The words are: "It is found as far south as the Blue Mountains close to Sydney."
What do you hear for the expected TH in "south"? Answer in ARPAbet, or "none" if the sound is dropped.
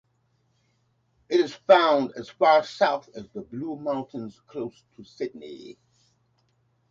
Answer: TH